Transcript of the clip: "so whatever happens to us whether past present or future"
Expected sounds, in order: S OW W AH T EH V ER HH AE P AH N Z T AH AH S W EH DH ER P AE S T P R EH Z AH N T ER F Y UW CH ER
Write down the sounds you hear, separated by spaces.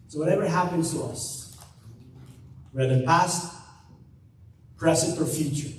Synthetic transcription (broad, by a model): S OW W AH T EH V ER HH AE P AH N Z T AH AH S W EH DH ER P AE S T P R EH S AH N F ER F Y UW CH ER